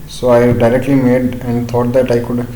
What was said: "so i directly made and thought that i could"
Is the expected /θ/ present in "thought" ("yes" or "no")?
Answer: no